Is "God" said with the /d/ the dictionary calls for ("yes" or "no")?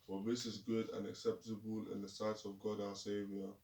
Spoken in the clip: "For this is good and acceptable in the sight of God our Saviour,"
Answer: yes